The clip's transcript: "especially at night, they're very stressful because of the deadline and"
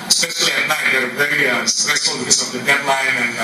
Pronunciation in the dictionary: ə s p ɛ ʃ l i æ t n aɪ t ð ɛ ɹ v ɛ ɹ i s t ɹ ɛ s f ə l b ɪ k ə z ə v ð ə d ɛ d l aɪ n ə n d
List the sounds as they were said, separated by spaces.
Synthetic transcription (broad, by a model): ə s p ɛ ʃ l i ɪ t n aɪ t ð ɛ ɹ p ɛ i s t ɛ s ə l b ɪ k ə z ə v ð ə d ɛ d l aɪ n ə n